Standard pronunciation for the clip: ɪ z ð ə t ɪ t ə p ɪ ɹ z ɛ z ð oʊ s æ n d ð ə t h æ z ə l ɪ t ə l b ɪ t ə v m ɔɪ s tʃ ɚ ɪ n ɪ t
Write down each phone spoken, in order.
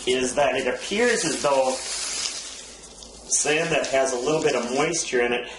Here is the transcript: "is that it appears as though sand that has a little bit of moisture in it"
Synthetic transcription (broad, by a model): ɪ z ð ə t ɪ t ə p ɪ ɹ z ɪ z ð oʊ s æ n ð ə t h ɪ z ə l ɪ t l b ɪ t ə v m ɔɪ s tʃ ɚ ɪ n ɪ t